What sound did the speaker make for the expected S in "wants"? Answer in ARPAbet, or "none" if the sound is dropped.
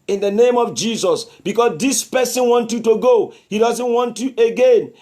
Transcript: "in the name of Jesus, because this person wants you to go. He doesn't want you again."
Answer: none